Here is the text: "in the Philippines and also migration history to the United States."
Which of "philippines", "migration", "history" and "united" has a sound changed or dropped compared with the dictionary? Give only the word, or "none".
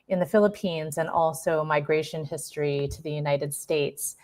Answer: none